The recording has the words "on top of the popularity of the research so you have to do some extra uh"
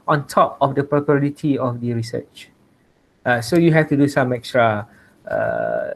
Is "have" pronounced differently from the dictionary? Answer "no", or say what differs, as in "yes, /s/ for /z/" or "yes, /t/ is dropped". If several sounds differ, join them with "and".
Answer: yes, /f/ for /v/